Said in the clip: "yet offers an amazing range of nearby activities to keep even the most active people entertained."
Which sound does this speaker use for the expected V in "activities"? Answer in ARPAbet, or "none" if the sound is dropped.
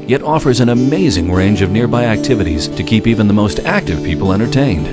V